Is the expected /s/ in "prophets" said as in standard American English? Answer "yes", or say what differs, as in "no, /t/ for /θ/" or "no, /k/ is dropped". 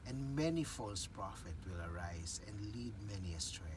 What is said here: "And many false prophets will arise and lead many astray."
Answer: no, /s/ is dropped